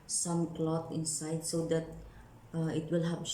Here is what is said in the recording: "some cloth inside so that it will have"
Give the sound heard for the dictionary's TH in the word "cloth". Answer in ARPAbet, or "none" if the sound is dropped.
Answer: T